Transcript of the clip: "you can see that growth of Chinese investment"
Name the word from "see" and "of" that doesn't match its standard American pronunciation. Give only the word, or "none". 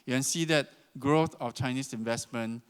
of